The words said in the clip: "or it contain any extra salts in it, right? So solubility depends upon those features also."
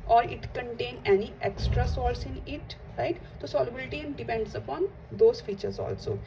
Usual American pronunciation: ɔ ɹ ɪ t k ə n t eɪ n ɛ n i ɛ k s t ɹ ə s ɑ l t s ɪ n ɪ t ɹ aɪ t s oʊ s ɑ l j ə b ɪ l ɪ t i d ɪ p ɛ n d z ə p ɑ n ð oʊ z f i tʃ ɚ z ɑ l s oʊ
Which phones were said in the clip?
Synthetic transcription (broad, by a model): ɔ ɹ ɪ t k ə n t eɪ n ɛ n i ɛ k s t ɹ ə s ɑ t s ɪ n ɪ t ɹ aɪ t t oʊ s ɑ l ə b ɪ l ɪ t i d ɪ p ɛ n d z ə p ɑ n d oʊ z f i tʃ ɚ z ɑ l s oʊ